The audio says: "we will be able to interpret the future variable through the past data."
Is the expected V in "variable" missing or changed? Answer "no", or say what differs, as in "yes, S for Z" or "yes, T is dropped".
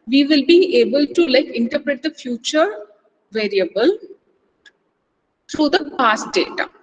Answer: no